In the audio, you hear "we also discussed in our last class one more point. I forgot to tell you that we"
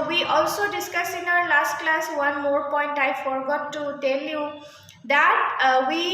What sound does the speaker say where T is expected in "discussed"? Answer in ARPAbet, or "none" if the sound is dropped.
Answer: none